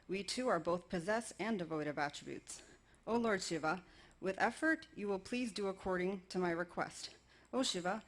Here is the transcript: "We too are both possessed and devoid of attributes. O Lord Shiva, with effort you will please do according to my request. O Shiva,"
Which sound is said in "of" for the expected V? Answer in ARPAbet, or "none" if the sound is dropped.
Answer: V